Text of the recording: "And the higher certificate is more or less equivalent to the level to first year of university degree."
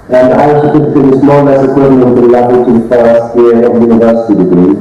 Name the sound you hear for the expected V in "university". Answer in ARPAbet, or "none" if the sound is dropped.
V